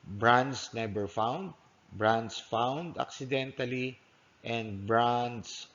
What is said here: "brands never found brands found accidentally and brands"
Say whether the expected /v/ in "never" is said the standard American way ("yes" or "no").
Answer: no